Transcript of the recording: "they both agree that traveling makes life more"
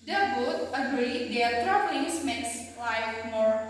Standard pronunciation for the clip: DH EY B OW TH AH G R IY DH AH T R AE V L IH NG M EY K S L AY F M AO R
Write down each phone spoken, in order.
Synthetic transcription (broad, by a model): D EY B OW T AH G R IY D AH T R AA P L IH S M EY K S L AY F M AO R